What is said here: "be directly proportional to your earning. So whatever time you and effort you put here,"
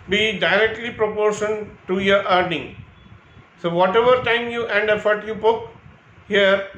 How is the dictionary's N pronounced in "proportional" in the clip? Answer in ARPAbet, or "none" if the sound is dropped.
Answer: none